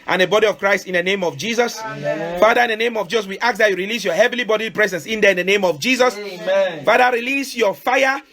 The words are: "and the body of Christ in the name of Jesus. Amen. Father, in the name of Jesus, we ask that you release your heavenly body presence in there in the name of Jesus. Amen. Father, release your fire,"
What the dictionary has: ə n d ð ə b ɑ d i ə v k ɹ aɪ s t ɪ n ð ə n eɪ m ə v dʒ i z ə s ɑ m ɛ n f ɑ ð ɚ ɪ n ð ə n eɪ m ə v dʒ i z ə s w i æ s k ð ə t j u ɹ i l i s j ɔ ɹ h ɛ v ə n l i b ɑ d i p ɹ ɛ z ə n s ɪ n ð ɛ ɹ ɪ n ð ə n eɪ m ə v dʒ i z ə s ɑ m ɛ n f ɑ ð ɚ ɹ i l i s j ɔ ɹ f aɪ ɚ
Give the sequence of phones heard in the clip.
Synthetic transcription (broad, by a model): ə n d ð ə b ɑ d i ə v k ɹ aɪ s t ɪ n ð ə n eɪ m ə v dʒ i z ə s f ɑ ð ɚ ɪ n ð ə n eɪ m ə v dʒ i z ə s w i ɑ k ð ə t j u ɹ i l i s j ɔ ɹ h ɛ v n l i b ɑ d i p ɹ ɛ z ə n s ɪ n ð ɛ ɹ ɪ n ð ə n eɪ m ə v dʒ i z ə s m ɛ f ɑ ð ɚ ɹ i l i s j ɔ f aɪ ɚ